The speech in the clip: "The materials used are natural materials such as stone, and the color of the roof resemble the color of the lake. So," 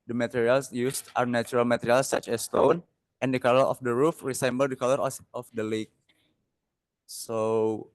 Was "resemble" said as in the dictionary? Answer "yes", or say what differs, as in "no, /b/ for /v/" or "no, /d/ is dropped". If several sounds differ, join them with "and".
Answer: no, /s/ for /z/